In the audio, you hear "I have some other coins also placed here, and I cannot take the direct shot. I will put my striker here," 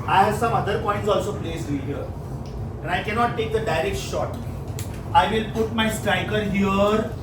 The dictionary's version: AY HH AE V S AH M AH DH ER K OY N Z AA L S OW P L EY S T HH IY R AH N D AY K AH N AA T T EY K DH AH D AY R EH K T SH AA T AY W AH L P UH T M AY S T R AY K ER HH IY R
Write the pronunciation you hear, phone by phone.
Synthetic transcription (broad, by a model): AY HH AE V S AH M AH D ER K OY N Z AA L S OW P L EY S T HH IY R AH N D AY K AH N AA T T EY K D AH D AY R EH K T SH AA T AY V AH L P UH T M AY S T R AY K ER HH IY R